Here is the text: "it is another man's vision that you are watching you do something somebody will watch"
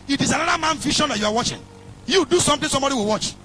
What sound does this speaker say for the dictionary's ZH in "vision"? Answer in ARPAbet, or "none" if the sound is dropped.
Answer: SH